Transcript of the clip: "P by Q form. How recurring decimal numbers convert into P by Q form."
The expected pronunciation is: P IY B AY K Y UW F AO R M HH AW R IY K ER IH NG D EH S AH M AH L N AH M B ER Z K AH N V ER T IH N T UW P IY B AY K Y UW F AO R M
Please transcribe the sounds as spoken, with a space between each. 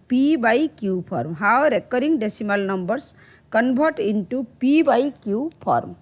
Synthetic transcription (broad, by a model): P IY B AY K Y UW P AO R M HH AW R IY K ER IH NG D EH S AH M AH L N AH M B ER S K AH N B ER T IH N T UW P IY B AY K Y UW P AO R M